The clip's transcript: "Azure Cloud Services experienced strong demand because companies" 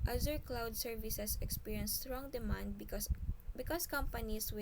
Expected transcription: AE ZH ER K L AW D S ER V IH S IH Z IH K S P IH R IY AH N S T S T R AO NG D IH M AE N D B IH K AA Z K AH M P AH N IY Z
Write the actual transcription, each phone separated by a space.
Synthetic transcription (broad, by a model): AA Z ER K L AW D S ER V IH S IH S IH K S P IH R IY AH N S S T R AO NG D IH M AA N D B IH K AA S K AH M P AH N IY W